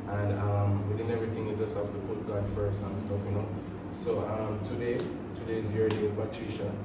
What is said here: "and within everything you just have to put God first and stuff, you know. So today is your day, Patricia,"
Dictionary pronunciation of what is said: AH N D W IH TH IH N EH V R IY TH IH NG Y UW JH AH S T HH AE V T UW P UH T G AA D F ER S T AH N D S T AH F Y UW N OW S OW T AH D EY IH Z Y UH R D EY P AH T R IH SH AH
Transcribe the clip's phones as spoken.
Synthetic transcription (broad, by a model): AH N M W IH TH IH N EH V R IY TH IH NG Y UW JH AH S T HH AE F T UW P UH T G AA D F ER S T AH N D S T AH F Y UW N OW S OW T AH D EY IH Z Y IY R D EY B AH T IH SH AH